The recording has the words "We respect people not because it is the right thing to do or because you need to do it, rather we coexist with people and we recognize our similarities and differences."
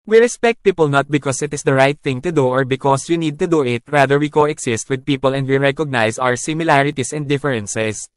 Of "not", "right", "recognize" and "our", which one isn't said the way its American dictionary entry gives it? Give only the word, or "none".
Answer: recognize